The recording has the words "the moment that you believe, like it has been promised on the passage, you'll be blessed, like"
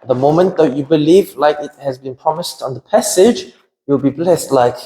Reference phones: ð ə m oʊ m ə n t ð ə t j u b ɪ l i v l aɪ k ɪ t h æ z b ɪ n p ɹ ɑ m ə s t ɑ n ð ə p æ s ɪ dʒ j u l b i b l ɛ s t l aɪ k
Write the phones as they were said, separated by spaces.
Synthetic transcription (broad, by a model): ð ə m oʊ m ə n t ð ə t j u b ɪ l i v l aɪ k ɪ t h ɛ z b ɪ n p ɹ ɑ m ə s t ɑ n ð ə p æ s ɪ dʒ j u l b i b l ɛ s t l aɪ k